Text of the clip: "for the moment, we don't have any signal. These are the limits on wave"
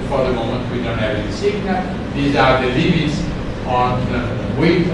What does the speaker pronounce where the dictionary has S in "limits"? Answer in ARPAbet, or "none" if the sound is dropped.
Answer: S